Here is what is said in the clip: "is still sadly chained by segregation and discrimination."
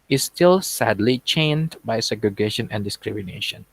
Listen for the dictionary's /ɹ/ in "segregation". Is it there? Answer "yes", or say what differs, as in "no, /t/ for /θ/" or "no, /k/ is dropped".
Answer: yes